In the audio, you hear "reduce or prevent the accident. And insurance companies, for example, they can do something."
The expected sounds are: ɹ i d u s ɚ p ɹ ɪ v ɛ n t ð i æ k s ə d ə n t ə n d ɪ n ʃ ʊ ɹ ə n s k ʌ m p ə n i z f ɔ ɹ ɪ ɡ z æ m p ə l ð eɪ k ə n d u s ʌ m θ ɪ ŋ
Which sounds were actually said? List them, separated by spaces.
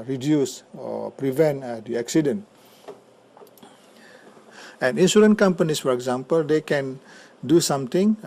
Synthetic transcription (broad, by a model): ɹ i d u s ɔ p ɹ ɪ v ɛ n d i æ k s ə d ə n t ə n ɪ n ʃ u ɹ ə n k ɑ m p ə n i s f ɔ ɹ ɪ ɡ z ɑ m p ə l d eɪ k ə n d u s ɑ m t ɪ ŋ